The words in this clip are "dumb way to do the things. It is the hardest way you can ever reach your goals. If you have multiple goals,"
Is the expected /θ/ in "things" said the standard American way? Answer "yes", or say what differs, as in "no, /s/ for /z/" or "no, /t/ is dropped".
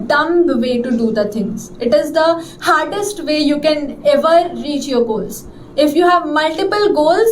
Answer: no, /t/ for /θ/